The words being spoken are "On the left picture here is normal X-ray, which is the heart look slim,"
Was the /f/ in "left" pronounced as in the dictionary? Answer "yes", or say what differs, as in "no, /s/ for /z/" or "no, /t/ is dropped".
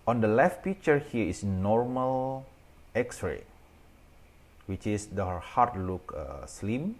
yes